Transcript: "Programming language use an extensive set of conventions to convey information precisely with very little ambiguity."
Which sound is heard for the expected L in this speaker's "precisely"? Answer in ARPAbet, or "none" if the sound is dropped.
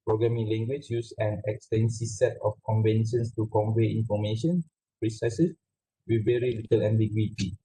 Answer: none